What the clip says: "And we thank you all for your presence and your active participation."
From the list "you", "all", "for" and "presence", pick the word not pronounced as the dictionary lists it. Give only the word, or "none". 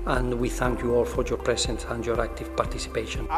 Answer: presence